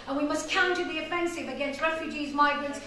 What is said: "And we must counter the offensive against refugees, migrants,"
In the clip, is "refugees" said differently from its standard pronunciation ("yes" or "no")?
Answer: no